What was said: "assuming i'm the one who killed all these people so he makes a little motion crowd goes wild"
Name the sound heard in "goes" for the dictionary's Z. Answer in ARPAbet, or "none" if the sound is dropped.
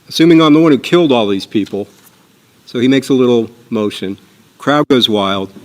Z